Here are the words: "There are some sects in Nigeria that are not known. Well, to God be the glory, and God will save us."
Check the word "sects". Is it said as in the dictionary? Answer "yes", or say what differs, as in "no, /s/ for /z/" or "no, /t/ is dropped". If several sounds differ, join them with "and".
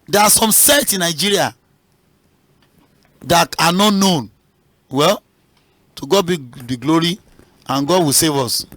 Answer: no, /k/ is dropped